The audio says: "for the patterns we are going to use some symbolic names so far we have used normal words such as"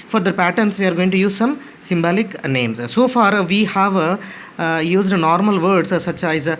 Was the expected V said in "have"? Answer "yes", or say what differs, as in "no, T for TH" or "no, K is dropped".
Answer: yes